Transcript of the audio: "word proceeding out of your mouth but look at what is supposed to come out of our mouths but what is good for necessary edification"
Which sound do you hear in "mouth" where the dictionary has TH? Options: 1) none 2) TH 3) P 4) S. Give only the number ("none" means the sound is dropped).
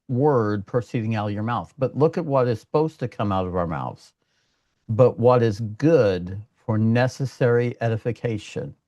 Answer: 2